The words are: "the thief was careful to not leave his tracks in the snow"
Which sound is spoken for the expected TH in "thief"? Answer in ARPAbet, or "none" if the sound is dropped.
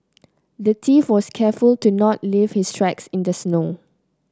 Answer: T